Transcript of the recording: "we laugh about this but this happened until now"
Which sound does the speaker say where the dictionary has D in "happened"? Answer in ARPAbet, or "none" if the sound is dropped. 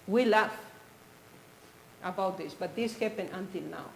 none